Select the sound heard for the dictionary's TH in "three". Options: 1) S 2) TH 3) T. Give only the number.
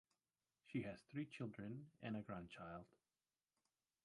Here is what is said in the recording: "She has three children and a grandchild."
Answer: 2